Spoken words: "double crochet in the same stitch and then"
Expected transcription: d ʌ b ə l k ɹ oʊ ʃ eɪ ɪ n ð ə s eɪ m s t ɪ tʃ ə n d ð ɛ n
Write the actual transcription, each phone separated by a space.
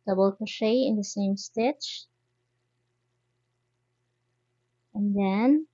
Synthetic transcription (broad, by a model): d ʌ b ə l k oʊ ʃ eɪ ɪ n ð ə s eɪ m s t ɪ tʃ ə n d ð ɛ n